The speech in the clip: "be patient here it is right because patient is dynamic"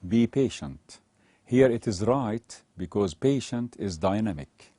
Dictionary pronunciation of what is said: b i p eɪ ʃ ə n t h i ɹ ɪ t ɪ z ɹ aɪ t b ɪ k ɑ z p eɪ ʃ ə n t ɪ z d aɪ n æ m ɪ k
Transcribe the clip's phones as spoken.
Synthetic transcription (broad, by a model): b i p eɪ ʃ ə n t h i ɹ ɪ t ɪ z ɹ aɪ t b ɪ k ɑ z p eɪ ʃ ə n t ɪ z d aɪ n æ m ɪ k